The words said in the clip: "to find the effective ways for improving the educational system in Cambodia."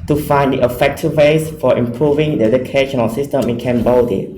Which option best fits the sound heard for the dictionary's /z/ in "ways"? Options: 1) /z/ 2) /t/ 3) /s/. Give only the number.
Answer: 3